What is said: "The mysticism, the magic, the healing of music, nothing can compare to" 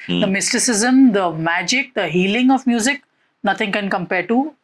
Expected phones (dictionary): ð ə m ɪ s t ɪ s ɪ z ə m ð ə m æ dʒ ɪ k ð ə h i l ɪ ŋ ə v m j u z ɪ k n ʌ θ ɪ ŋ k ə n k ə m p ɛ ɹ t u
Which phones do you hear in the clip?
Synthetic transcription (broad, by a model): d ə m ɪ s t ɪ s ɪ z ə m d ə m æ dʒ ɪ k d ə h i l ɪ ŋ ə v m j u z ɪ k n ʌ t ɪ ŋ k ə n k ə m p ɛ ɹ t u